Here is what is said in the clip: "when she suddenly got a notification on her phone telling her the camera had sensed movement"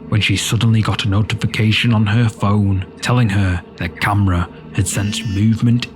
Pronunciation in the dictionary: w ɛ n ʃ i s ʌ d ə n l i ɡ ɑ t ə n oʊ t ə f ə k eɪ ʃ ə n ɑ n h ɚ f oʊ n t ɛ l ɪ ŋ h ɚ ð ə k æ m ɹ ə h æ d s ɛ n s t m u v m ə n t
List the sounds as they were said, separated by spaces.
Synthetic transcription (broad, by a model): w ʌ n ʃ i s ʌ d n l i ɡ ɑ t ə n oʊ t ə f ə k eɪ ʃ ə n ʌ n ɚ f oʊ n t ɛ l ɪ ŋ ɚ ð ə k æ m ɹ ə h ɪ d s ɛ n s m u v m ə n t